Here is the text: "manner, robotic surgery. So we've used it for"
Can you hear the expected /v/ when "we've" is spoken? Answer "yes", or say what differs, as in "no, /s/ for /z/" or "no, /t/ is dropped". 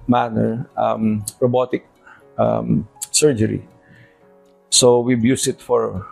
no, /b/ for /v/